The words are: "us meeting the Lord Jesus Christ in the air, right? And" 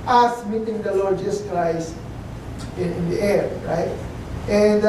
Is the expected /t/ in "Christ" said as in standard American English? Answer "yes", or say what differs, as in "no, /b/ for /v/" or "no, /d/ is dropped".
no, /t/ is dropped